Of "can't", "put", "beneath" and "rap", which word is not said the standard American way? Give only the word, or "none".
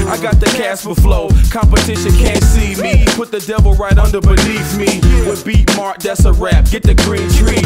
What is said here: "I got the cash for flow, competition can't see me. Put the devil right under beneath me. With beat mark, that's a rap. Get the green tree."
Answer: beneath